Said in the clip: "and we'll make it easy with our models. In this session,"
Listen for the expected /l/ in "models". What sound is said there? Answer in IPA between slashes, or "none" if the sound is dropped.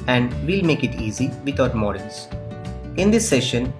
/n/